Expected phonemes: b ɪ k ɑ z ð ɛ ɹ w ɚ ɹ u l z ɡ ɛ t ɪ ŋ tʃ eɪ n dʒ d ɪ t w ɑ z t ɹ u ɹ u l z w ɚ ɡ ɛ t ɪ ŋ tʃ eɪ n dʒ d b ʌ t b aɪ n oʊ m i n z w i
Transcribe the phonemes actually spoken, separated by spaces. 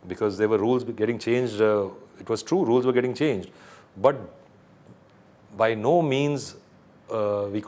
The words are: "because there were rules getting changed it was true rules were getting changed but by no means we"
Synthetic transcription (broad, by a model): b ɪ k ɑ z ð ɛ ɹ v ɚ ɹ u l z ɡ ɛ t ɪ ŋ tʃ eɪ n dʒ d ɪ t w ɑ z t ɹ u ɹ u l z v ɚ ɡ ɛ t ɪ ŋ tʃ eɪ n dʒ d b ʌ t b aɪ n oʊ m i n z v i